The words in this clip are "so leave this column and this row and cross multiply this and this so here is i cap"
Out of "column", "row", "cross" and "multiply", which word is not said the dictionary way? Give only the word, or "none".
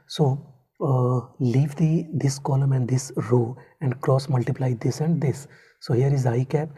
none